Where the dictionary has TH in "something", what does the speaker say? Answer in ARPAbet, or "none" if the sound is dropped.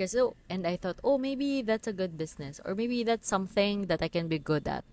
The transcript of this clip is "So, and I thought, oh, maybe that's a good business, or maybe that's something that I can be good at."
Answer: TH